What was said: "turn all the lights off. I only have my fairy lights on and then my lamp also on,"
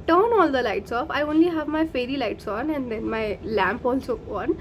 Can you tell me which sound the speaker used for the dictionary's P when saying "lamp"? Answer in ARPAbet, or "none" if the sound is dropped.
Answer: P